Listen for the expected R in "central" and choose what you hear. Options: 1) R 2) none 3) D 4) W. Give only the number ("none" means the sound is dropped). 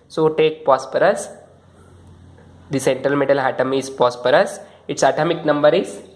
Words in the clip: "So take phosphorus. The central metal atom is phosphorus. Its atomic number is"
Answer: 1